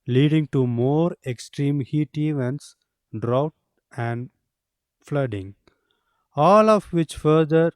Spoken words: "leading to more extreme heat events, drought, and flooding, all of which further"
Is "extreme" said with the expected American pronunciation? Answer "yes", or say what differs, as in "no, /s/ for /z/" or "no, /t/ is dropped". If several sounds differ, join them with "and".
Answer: yes